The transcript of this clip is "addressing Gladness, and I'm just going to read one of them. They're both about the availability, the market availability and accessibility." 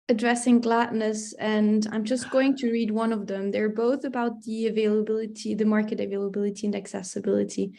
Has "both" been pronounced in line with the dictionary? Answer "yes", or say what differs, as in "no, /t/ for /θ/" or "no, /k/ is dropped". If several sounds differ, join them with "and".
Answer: yes